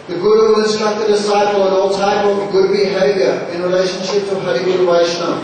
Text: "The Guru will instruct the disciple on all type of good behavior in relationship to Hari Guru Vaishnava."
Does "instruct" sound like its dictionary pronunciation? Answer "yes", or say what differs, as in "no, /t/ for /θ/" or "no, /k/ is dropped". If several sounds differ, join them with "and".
no, /n/ is dropped and /ɹ/ is dropped